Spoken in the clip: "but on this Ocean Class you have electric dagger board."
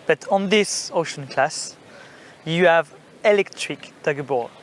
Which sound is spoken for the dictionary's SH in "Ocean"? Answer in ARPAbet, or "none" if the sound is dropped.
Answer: SH